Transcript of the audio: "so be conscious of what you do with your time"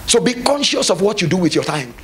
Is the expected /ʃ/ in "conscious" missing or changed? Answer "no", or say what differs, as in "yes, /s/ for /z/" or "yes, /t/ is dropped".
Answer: no